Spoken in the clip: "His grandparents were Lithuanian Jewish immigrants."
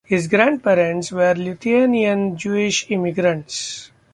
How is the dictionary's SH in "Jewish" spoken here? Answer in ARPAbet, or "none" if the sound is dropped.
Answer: SH